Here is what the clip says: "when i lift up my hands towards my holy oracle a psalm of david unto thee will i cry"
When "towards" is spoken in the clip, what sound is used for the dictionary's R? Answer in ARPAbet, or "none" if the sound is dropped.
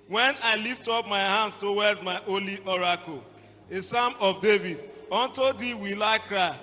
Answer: W